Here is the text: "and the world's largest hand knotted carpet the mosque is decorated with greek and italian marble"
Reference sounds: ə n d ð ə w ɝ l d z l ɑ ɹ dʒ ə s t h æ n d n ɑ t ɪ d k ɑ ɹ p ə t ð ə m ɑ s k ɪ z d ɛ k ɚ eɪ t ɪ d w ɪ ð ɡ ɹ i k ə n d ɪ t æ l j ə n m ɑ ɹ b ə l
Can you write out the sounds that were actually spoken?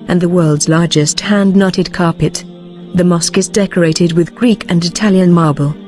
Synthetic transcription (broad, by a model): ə n ð ə w ɝ l d z l ɑ ɹ dʒ ə s t h æ n d n ɑ t ɪ d k ɑ ɹ p ə t ð ə m ɑ s k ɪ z d ɛ k ɚ eɪ t ɪ d w ɪ ð ɡ ɹ i k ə n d ɪ t æ l j ə n m ɑ ɹ b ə l